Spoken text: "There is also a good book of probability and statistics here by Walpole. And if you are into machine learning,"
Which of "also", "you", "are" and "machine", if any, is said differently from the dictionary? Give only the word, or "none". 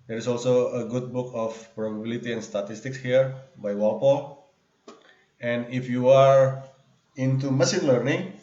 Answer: machine